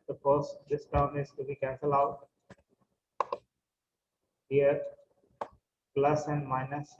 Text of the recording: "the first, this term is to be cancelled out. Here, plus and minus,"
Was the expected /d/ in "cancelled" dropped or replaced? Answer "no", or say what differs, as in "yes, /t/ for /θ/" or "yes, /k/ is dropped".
yes, /d/ is dropped